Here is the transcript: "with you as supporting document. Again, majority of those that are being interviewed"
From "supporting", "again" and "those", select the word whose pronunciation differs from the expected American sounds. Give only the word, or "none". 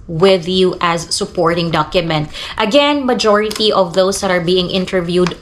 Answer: those